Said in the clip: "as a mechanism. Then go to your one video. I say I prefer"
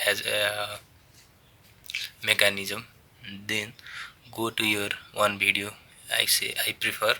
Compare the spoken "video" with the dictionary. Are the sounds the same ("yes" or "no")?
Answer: no